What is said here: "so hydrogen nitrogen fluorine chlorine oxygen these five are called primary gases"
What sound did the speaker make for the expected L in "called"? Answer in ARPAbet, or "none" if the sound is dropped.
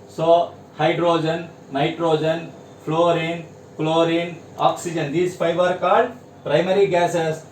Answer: none